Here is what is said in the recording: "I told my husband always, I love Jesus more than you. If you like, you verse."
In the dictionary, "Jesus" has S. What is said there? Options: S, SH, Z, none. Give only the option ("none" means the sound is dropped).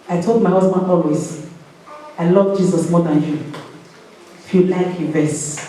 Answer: S